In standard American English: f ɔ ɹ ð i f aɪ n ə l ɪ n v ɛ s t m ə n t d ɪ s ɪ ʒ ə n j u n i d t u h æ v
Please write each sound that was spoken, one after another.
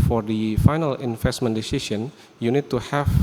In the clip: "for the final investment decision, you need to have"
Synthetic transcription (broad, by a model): f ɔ ɹ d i f aɪ n ə l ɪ n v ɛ s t m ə n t d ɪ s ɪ s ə n j u n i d t u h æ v